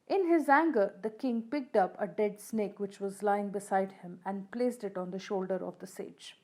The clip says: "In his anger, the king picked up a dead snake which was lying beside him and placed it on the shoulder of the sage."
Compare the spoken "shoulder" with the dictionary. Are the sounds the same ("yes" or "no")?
yes